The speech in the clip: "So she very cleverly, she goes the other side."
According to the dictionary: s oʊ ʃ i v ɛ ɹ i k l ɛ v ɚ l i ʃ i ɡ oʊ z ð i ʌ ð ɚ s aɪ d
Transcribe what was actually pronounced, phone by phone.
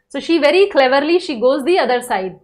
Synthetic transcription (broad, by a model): s oʊ ʃ i v ɛ ɹ i k l ɛ v ɚ l i ʃ i ɡ oʊ z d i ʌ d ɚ s aɪ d